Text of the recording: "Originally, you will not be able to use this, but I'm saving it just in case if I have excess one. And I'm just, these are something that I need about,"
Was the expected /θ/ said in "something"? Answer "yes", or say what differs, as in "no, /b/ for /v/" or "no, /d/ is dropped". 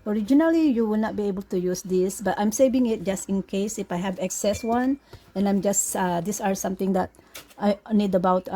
no, /t/ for /θ/